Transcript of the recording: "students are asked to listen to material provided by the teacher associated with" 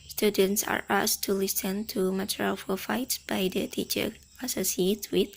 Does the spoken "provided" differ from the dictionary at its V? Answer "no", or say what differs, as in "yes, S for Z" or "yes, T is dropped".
yes, F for V